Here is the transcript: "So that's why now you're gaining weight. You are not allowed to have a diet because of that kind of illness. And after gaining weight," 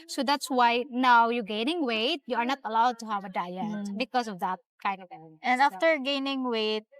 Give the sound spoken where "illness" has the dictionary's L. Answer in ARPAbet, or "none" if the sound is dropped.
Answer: none